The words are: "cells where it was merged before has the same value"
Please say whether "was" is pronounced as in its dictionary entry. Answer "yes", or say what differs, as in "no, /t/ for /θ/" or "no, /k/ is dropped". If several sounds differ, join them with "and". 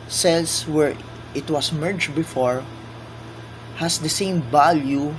no, /s/ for /z/